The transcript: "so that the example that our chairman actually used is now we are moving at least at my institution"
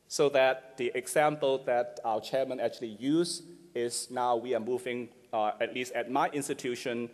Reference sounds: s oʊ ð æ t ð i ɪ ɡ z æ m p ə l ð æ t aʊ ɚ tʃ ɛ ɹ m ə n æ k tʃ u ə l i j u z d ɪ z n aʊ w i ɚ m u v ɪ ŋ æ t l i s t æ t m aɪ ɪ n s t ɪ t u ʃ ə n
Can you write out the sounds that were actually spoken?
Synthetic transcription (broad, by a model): s oʊ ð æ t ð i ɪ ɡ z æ m p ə l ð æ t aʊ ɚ tʃ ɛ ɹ m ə n æ k tʃ u ə l i j u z ɪ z n aʊ w i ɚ m u v ɪ ŋ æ t l i s t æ t m aɪ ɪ n s t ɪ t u ʃ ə n